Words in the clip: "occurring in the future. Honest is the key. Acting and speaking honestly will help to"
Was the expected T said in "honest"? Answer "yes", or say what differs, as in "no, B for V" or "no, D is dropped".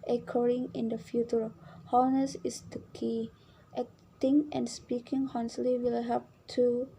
no, T is dropped